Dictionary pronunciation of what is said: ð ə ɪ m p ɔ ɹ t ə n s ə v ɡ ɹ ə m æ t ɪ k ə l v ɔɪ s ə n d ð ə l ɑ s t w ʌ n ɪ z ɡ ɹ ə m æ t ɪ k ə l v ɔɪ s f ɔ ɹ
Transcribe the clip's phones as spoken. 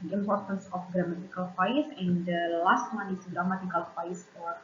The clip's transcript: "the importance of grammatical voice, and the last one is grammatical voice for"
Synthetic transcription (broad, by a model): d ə ɪ m p ɔ ɹ t ə n s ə f ɡ ɹ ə m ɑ t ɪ k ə l f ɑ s ə n d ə l ɑ s t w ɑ n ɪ s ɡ ɹ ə m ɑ t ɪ k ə l f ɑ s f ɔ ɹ